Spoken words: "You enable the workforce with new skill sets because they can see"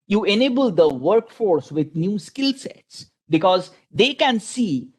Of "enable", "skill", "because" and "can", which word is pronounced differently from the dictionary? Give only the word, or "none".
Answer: none